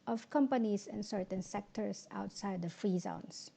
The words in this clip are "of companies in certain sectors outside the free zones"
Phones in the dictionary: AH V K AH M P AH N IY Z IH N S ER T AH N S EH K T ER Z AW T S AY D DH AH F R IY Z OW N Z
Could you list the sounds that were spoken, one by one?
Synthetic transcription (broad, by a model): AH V K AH M P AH N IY S IH N S ER T AH N S EH K T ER S AW T S AY D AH F R IY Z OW N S